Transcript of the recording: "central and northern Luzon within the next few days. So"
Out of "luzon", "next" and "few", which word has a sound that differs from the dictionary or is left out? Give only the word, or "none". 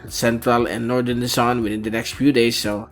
luzon